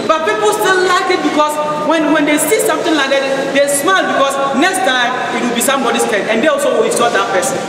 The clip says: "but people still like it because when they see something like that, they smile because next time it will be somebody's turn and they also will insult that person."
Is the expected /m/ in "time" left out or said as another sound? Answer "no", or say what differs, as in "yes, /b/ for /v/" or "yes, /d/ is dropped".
yes, /m/ is dropped